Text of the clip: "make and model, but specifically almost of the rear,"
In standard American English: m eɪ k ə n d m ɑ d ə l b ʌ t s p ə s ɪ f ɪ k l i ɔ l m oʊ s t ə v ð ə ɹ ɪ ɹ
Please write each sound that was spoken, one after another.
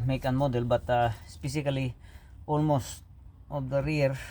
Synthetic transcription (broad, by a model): m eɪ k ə n m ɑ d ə l b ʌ t s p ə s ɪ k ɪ l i ɔ l m oʊ s t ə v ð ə ɹ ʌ ɹ